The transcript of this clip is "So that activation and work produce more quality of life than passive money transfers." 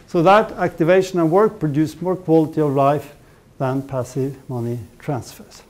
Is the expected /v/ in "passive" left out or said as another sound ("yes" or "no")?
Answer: no